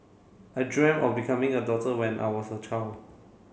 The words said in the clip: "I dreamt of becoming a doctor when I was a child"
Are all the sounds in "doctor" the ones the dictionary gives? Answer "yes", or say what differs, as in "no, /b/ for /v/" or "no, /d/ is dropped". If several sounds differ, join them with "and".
no, /k/ is dropped